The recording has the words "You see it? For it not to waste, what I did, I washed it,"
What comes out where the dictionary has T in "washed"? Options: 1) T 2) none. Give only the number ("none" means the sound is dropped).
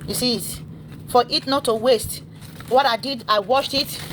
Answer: 1